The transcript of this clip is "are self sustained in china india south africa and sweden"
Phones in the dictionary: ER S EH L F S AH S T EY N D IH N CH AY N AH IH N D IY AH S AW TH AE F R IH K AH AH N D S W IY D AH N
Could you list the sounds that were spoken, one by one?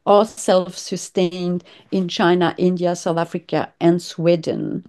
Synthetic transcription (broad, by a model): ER S EH L F S AH S T EY N D IH N CH AY N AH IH N D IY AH S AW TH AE F R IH K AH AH N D S W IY D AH N